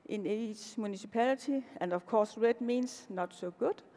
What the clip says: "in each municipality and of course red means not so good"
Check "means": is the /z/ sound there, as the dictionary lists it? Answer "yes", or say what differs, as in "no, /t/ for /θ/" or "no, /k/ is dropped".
no, /s/ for /z/